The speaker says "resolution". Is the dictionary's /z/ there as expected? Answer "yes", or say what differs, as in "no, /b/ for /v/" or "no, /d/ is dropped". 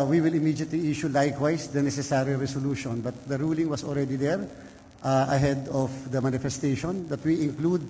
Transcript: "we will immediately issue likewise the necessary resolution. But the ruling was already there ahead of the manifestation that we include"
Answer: no, /s/ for /z/